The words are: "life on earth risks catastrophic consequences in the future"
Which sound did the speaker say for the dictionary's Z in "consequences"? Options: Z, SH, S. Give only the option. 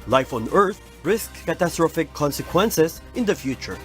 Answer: S